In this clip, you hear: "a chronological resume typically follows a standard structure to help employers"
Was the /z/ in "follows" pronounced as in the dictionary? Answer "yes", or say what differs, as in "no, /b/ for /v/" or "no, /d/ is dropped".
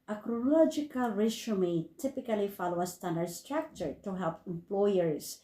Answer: no, /z/ is dropped